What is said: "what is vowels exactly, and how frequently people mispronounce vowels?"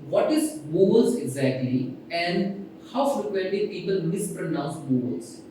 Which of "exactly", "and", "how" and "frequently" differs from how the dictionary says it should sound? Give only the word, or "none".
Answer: frequently